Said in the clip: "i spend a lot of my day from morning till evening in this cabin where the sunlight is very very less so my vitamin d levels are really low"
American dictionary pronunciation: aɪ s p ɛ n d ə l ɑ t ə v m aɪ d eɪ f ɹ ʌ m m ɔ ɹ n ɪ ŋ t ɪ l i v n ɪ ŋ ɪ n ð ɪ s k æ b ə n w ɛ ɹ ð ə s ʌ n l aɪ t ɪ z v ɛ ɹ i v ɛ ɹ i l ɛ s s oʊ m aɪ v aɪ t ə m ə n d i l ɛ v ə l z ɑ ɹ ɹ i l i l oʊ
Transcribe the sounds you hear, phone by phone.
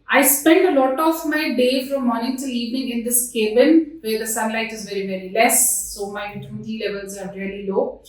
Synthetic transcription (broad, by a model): aɪ s p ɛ n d ə l ɑ t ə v m aɪ d eɪ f ɹ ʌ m m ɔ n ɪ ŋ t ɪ l i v ɪ ŋ ɪ n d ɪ s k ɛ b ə n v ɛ ɹ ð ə s ʌ n l aɪ t ɪ z v ɛ ɹ i v ɛ ɹ i l ɛ s s oʊ m aɪ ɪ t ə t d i l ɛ v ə l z ɑ ɹ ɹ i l i l oʊ